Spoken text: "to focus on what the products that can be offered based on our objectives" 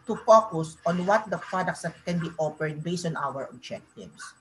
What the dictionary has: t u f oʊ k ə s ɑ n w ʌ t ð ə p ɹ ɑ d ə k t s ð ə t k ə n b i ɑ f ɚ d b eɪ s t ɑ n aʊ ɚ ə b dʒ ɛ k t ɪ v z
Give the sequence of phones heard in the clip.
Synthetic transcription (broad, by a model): t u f oʊ k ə s ɑ n w ʌ t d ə p ɹ ɑ d ə k t s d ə t k ə n b i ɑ p ɚ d b eɪ s t ɑ n aʊ ɚ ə b dʒ ɛ k t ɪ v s